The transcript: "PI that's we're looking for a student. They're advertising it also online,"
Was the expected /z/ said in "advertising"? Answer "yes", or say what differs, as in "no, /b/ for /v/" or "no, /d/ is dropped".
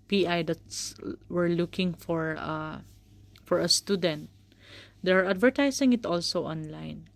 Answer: no, /s/ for /z/